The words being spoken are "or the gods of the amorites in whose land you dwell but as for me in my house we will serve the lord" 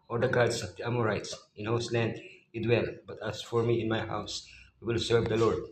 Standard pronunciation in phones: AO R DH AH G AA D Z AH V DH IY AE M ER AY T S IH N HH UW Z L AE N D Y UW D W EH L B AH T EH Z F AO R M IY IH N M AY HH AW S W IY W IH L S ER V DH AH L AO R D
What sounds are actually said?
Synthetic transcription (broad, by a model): AO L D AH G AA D S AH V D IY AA M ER AY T S IH N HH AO S L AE N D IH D W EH L B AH T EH S F AO R M IY IH N M AY HH AW S W IY W IH L S ER V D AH L AO R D